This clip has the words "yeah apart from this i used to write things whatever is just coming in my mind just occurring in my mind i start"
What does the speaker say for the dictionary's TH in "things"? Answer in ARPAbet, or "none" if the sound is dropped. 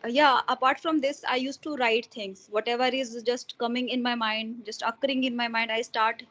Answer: T